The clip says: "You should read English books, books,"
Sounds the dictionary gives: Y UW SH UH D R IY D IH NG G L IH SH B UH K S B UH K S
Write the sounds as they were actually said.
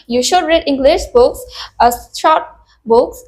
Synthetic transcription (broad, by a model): Y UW SH UH D R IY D IH NG G L IH SH B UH K S B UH K S